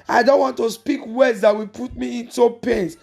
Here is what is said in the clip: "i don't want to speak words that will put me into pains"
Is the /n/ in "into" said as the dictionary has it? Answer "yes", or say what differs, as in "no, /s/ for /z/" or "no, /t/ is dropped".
yes